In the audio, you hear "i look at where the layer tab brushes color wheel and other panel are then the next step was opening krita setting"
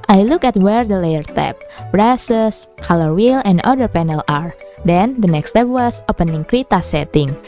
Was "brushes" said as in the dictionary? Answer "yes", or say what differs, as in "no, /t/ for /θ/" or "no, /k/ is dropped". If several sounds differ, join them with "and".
no, /s/ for /ʃ/ and /s/ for /z/